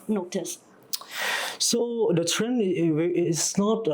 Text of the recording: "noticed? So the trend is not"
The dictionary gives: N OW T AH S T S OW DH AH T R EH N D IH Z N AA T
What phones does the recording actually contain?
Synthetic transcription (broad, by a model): N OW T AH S S OW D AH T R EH N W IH S N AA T